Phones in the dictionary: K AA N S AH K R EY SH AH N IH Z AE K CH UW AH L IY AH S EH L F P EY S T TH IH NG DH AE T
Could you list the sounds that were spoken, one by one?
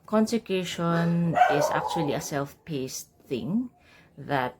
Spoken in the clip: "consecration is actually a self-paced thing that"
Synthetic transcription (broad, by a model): K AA N S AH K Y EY SH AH N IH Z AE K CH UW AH L IY AH S EH L F P EY S T TH IH NG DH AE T